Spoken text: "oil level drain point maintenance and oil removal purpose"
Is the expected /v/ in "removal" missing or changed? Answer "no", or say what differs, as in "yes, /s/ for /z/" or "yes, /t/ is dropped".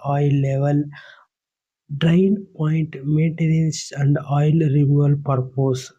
yes, /v/ is dropped